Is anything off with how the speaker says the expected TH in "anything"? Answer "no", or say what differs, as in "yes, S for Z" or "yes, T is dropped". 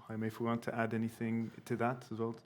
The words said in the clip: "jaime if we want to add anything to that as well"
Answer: no